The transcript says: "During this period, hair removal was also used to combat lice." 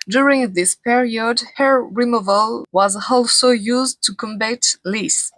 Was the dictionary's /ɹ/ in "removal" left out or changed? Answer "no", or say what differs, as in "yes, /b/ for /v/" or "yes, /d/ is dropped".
no